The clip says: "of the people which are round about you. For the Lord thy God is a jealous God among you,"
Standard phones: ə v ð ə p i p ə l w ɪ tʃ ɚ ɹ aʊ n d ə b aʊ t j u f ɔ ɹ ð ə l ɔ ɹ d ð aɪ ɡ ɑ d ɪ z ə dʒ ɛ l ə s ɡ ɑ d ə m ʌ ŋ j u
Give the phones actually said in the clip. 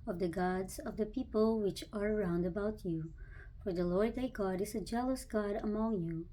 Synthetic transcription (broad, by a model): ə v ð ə p i p ə l w ɪ tʃ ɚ ɹ aʊ n d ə b aʊ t j u f ɔ ɹ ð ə l ɔ ɹ d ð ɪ ɡ ɑ d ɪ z ə dʒ ɛ l ə s ɡ ɑ d ə m ʌ ŋ j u